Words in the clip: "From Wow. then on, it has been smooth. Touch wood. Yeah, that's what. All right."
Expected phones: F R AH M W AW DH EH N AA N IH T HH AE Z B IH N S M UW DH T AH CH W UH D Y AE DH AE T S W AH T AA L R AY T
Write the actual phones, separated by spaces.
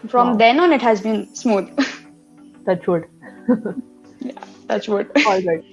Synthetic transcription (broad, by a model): F R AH M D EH N AA N IH T HH AE Z B IH N S M UW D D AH S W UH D Y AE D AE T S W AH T AA L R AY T